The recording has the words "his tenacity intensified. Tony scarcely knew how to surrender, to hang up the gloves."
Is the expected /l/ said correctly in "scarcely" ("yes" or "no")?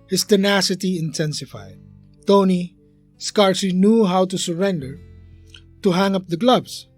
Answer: no